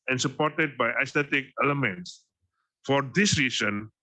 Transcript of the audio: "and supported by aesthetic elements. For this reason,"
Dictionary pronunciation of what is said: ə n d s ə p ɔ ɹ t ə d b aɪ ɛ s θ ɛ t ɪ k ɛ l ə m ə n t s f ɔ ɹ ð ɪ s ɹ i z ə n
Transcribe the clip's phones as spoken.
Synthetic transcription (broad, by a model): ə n s ə p ɔ ɹ t ə d b aɪ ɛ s t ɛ t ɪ k ɛ l ə m ə n t s f ɔ ɹ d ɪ s ɹ i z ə n